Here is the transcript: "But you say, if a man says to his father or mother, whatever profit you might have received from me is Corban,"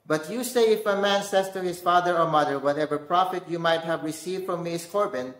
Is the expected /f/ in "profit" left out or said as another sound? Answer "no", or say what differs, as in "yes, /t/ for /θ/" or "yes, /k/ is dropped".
no